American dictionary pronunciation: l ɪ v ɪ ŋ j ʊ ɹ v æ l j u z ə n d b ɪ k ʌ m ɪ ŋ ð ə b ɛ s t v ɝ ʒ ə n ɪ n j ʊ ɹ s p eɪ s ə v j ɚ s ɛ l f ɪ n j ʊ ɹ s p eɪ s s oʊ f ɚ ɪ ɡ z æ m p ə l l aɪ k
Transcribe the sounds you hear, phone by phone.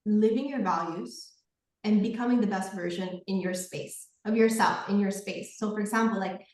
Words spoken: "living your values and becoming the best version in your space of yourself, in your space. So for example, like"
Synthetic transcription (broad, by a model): l ɪ v ɪ ŋ j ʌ ɹ v æ l j u z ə n b ɪ k ʌ m ɪ ŋ ð ə b ɛ s t v ɝ ʒ ə n ɪ n j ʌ ɹ s p eɪ s ə v j ɚ s ɛ l f ɪ n j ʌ ɹ s p eɪ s s oʊ f ɚ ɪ ɡ z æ m p l l aɪ k